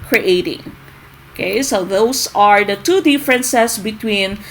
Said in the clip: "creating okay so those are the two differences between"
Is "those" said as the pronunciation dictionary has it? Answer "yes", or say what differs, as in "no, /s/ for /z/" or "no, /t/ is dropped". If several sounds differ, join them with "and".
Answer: no, /s/ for /z/